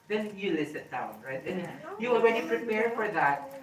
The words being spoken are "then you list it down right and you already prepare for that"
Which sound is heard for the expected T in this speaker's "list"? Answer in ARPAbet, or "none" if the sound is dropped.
none